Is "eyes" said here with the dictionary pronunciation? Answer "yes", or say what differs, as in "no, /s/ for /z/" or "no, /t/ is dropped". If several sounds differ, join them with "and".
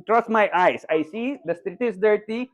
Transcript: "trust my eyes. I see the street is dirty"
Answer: no, /s/ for /z/